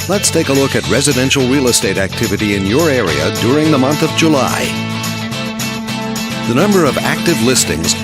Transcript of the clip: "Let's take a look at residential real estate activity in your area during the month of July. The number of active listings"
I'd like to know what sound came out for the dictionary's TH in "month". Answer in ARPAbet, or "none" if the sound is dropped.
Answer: TH